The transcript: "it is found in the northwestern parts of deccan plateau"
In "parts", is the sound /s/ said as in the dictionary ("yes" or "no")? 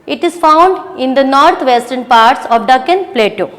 yes